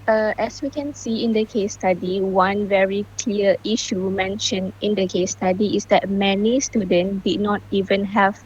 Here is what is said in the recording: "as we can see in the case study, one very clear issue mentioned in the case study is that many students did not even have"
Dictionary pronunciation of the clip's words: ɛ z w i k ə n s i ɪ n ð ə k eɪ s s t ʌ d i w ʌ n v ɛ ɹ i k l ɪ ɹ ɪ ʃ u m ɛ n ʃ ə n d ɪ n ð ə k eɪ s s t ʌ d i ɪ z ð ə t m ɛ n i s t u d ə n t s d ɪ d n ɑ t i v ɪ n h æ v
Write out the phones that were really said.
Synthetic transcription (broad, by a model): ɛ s w i k ə n s i ɪ n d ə k eɪ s s t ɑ d i w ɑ n v ɛ ɹ i k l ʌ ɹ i ʃ u m ɛ n ʃ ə n ɪ n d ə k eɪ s s t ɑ d i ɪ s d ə t m ɛ n i s t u d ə n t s d ɪ d n ɑ t i v ɪ n h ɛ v